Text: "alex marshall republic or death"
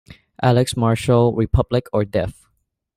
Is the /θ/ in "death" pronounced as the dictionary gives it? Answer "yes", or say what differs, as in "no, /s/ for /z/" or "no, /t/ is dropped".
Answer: no, /f/ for /θ/